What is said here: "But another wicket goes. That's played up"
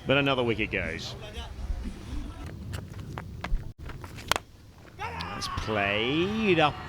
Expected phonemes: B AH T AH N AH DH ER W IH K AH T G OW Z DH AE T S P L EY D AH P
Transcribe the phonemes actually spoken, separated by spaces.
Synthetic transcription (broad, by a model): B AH T AH N AH DH ER W IH K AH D G OW Z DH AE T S P L EY D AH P